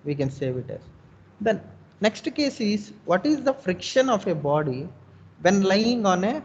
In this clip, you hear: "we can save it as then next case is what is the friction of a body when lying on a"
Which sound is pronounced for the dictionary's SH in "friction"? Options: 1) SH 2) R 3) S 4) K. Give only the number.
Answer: 1